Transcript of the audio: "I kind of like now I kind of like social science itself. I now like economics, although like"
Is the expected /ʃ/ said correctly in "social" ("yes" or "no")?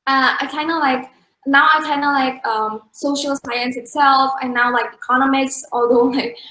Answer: yes